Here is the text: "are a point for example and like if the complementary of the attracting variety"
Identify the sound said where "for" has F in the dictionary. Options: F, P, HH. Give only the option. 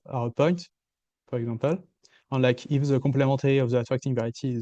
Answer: P